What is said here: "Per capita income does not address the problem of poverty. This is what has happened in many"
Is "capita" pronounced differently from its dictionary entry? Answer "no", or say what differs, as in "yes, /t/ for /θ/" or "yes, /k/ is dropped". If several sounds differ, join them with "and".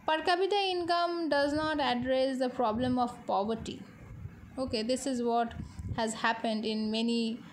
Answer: yes, /b/ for /p/